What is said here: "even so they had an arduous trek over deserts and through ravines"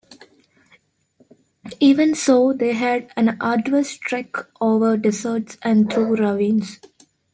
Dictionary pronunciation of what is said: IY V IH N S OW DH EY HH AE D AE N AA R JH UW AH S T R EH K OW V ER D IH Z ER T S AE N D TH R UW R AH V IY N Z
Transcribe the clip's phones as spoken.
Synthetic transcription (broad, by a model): IY V IH N S OW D EY HH AE D AE N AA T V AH S T R EH K OW V ER D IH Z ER T S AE N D T R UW R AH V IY N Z